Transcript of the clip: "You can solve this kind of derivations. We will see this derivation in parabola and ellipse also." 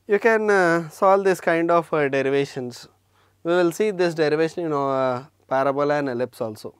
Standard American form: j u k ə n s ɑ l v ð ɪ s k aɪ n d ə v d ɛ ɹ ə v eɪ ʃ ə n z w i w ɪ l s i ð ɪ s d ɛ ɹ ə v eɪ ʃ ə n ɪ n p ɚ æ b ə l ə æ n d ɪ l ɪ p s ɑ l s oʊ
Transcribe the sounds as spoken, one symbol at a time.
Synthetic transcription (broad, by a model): j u k ə n s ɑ l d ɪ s k aɪ n d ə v d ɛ ɹ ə v eɪ ʃ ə n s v i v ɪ l s i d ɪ s d ɛ ɹ ə v eɪ ʃ ə n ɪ n p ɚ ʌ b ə l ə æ n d ɪ l ɪ p s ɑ l s oʊ